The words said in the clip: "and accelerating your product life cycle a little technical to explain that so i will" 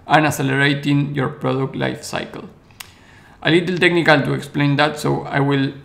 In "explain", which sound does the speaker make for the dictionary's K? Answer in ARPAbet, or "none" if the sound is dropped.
K